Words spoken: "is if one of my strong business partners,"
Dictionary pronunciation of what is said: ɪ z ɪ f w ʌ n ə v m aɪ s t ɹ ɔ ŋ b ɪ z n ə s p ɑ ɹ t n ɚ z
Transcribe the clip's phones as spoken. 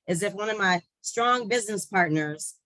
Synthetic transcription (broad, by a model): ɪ z ɪ f w ʌ n ə v m aɪ s t ɹ ɔ ŋ b ɪ z n ə s p ɑ ɹ t n ɚ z